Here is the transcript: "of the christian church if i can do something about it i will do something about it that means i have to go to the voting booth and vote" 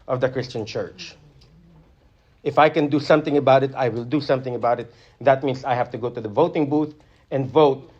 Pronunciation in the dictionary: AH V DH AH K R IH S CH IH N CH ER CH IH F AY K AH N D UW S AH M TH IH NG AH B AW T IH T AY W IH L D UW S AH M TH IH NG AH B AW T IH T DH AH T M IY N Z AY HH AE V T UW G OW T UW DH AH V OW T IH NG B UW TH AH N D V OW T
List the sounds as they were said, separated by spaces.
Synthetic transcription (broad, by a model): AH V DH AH K R IH S CH IH N CH ER CH IH F AY K AH N D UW S AH M TH IH NG AH B AW T IH T AY W IH L D UW S AH M TH IH NG AH B AW T IH T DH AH T M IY N S AY HH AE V T UW G OW T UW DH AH V OW T IH NG B UW TH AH N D V OW T